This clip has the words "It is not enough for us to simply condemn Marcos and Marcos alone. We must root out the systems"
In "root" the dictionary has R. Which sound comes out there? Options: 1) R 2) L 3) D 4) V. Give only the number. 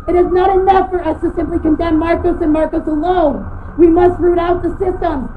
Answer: 1